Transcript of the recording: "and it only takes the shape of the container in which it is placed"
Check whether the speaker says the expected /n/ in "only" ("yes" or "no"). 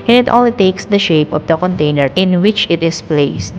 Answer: no